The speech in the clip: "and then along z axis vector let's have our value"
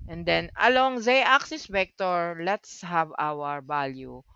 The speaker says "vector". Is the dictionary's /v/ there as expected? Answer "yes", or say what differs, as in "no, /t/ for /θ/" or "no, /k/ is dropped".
no, /p/ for /v/